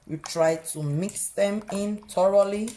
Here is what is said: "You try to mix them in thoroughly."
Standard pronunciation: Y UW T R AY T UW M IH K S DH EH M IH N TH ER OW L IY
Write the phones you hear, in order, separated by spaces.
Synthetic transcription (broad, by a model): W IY T R AY T UW M IH K S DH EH M IH N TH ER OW L IY